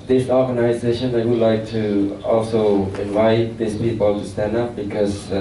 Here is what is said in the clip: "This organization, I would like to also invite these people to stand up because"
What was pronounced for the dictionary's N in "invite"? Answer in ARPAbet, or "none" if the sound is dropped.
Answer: N